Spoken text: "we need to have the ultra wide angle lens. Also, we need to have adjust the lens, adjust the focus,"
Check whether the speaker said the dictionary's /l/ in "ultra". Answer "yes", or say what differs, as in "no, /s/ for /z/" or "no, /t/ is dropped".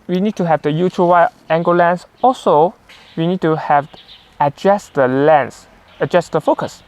no, /l/ is dropped